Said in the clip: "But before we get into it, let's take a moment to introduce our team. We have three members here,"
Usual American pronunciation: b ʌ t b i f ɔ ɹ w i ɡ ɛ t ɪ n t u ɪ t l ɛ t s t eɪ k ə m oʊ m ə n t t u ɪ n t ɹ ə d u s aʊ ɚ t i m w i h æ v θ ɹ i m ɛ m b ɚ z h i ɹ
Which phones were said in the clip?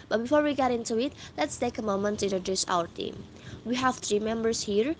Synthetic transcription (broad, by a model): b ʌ t b i f ɔ ɹ w i ɡ ɛ t ɪ n t u ɪ t l ɛ t s t eɪ k ə m oʊ m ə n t t u ɪ n t ɹ ə d u s aʊ ɚ t i m w i h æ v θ ɹ i m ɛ m b ɚ s h i ɹ